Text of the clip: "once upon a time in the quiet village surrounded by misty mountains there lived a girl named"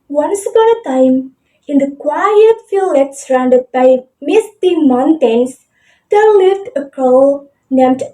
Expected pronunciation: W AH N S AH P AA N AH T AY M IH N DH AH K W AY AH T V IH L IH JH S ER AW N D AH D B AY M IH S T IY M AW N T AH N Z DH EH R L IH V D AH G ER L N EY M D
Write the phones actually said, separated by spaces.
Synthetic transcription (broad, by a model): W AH N S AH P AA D AH T AY M IH N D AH K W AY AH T F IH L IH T S ER AW N D AH D B AY M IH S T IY M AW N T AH N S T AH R L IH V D AH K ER L N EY M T